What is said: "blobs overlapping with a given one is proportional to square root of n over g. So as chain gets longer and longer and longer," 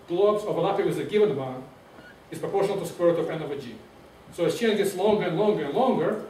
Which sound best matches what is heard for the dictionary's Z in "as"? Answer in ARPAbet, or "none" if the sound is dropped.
S